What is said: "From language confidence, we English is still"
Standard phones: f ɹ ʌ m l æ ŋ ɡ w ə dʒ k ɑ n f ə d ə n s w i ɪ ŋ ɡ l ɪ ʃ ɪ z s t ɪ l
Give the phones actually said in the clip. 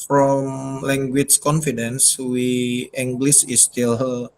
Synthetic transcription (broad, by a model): f ɹ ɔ m l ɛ ŋ ɡ w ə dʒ k ɑ n f ə d ə n s w i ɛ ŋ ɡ l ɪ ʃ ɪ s t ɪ l